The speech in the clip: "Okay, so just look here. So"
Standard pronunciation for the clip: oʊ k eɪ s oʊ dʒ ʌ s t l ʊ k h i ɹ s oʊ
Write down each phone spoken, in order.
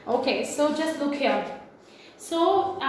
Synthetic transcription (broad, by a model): oʊ k eɪ s oʊ dʒ ʌ s t l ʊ k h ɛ l s oʊ